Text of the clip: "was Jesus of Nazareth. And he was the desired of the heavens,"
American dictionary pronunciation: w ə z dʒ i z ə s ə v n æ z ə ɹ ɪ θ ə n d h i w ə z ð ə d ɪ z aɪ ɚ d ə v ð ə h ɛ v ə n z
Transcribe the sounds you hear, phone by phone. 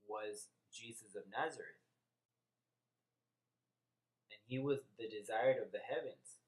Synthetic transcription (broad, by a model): w ə z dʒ i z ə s ə v n æ z ə ɹ ɪ θ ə n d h i w ə z ð ə d ɪ z aɪ ɚ d ə v ð ə h ɛ v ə n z